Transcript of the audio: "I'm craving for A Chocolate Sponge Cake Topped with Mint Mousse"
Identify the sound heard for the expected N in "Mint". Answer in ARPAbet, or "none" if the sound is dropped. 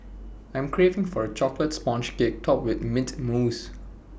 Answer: none